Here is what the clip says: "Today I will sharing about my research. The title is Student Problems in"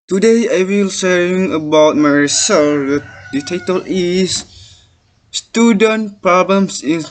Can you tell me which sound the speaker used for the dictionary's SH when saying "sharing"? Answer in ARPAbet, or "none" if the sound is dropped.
S